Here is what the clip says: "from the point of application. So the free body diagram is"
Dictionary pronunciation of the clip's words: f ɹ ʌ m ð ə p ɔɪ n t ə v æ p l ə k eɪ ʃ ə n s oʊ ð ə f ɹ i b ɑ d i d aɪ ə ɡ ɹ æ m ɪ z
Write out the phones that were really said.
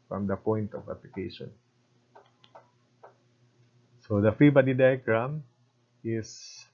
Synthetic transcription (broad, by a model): f ɹ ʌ m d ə p ɔɪ n t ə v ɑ p l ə k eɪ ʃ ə n s oʊ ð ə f i b ɑ d i d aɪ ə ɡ ɹ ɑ m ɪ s